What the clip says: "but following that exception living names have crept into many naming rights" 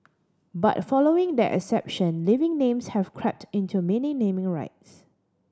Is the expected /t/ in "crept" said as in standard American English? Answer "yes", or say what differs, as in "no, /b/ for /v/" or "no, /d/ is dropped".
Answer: yes